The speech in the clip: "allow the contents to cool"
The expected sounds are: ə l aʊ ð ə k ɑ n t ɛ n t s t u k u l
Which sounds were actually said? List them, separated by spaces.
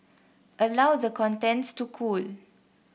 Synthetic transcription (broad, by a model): ə l aʊ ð ə k ɑ n t ɛ n t s t u k u l